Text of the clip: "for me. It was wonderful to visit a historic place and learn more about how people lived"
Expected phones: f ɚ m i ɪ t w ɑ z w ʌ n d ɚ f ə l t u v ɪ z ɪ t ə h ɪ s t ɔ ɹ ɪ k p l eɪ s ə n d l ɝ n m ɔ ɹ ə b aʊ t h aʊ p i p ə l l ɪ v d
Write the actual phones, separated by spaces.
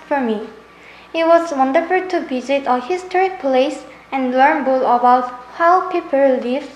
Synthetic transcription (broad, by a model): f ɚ m i ɪ t w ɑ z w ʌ n d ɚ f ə l t u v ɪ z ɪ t ə h ɪ s t ɔ ɹ ɪ k p l eɪ s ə n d l ɝ n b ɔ l ə b aʊ t h aʊ p i p ə l l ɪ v